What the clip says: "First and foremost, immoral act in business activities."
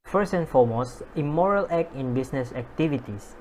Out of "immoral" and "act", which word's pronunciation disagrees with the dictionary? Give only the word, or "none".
act